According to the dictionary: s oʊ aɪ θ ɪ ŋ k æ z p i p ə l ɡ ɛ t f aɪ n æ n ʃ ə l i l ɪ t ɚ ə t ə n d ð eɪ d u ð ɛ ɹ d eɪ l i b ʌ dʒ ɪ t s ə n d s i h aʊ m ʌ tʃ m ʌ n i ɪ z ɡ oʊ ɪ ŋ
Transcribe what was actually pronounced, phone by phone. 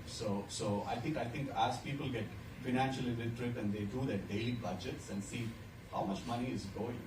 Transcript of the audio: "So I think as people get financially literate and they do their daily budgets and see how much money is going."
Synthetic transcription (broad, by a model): s oʊ aɪ t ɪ ŋ k æ z p i p ə l ɡ ɛ t f aɪ n æ n ʃ ə l i n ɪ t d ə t ə n d eɪ d u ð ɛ d eɪ l i b ʌ dʒ ɪ t s ə n d s i h aʊ m ʌ tʃ m ʌ n i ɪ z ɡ oʊ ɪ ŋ